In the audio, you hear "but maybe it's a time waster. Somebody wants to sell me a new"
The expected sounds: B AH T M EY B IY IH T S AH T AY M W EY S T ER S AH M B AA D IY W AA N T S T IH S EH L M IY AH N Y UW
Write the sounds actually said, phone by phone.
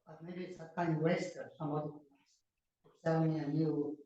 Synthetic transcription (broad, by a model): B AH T M EY B IY IH T S AH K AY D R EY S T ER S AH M AA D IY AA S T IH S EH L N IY AH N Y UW